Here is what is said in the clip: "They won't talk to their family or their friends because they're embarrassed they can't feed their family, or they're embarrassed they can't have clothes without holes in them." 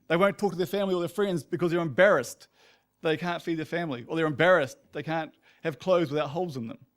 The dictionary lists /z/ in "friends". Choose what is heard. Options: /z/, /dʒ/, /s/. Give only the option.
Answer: /z/